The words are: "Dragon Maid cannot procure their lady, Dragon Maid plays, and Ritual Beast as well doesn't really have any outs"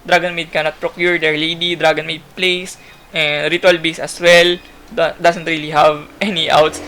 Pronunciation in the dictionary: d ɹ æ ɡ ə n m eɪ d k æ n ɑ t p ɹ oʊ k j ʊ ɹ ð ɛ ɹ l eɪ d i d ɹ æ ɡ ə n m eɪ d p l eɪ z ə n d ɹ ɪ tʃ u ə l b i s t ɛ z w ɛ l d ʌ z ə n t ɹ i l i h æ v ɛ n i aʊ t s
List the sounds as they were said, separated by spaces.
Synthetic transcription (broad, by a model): d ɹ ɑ ɡ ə n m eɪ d k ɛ n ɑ t p ɹ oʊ k j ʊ ɹ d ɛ ɹ l eɪ d i d ɹ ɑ ɡ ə n m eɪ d p l eɪ s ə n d ɹ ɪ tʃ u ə l b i s ɛ s w ɛ l d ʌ s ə n t ɹ i l i h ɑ v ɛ n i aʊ t s